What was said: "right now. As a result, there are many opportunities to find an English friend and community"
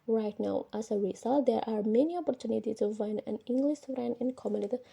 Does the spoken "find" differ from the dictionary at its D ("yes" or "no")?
yes